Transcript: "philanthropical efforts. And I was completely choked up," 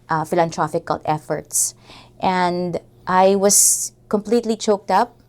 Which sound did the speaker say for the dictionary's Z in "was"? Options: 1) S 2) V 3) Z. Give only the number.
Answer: 1